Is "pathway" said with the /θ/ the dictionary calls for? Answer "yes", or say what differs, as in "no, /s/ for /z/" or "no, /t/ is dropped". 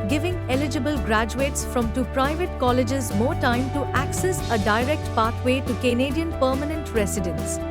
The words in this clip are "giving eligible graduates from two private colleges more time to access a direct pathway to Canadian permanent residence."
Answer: no, /t/ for /θ/